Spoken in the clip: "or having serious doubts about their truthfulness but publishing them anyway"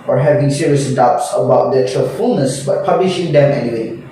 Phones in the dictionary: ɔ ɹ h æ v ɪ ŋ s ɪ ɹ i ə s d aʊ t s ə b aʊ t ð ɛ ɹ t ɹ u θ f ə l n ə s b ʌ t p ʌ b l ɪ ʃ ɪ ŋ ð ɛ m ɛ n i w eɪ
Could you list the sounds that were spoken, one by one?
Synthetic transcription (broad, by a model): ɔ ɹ h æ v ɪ ŋ s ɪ ɹ i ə s d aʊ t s ə b aʊ t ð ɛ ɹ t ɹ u f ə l n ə s b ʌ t p ʌ b l ɪ ʃ ɪ ŋ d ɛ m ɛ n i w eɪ